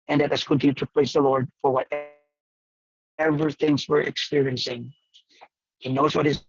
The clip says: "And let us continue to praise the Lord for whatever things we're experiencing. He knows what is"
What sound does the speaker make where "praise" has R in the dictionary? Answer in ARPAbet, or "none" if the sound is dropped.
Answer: L